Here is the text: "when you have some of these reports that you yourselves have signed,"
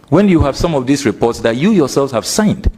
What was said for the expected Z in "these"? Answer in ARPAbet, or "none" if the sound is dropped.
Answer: S